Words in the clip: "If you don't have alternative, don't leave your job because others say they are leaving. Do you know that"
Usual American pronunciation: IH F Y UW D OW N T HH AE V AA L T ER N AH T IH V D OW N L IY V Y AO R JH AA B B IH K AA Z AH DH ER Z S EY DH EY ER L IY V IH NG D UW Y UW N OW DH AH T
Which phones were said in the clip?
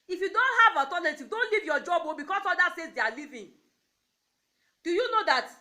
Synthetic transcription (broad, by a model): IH F Y UW D OW N T HH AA V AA T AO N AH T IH D OW N L IY V Y AO JH AA B B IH K AA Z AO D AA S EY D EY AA L IY V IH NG D UW Y UW N OW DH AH T